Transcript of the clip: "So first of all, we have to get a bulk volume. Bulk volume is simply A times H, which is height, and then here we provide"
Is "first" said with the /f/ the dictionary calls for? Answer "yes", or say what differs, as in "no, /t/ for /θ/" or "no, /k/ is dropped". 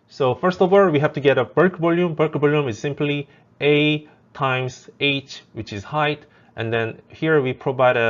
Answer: yes